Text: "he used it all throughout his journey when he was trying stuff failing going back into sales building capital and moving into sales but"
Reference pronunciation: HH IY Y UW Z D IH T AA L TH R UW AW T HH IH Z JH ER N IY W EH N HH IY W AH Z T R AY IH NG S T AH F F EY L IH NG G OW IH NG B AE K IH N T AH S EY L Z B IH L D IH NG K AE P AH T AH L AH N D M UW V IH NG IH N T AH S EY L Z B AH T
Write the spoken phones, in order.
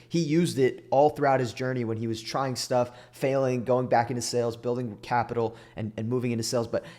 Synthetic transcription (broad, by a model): HH IY Y UW Z D IH T AA L TH R UW AW T HH IH Z JH ER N IY W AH N IY W AH Z T R AY IH NG S T AH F F EY L IH NG G OW IH NG B AE K IH N T AH S EY L Z B IH L D IH NG K AE P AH T L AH N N M UW V IH NG IH N T AH S EY L Z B AH T